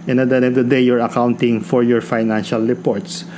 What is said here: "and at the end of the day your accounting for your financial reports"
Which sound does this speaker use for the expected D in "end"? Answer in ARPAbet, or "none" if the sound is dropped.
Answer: none